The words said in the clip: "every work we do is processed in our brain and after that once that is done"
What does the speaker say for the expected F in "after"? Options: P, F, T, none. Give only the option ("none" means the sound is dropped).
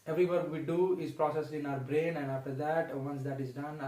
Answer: F